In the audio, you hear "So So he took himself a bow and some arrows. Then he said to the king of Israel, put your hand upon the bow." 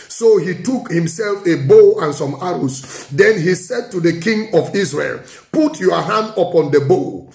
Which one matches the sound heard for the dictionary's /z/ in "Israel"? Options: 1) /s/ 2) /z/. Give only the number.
1